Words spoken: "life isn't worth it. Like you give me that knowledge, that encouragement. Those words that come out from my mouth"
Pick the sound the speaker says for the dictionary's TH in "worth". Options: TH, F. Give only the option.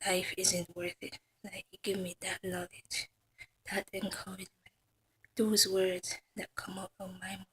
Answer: TH